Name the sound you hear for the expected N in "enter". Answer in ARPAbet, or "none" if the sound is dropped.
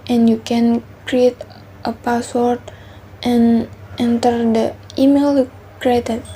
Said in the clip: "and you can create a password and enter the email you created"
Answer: N